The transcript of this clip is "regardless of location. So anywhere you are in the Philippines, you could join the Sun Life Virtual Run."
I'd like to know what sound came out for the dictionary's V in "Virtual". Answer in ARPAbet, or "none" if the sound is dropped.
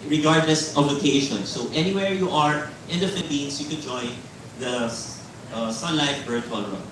B